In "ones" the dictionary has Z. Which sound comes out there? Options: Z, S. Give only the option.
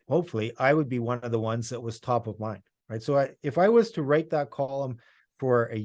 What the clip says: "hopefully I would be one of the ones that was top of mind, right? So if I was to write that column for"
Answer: Z